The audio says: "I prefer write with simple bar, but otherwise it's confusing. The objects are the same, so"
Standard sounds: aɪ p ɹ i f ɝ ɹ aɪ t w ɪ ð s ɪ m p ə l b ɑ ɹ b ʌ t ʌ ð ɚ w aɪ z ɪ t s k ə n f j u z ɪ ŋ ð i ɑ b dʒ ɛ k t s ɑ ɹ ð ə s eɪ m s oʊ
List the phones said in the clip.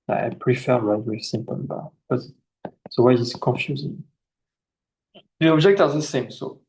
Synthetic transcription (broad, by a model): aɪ p ɹ i f ɝ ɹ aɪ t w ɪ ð s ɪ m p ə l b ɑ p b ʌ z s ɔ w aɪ ɪ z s k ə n f j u z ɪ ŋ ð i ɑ b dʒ ɛ k t ɑ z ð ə s eɪ m s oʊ